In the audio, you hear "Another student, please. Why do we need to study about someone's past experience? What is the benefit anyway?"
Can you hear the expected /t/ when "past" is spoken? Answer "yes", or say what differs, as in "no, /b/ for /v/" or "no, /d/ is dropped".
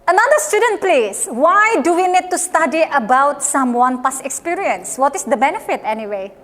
no, /t/ is dropped